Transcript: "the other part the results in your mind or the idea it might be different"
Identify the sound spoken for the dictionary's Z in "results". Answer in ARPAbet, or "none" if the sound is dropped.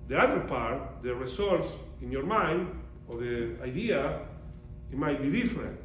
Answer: S